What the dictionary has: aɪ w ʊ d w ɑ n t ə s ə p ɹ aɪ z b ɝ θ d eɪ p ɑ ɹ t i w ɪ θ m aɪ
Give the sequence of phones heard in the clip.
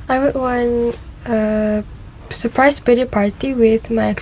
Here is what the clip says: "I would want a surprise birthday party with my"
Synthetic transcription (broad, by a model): aɪ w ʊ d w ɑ n ə s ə p ɹ aɪ s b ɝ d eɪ p ɑ ɹ t i w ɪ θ m aɪ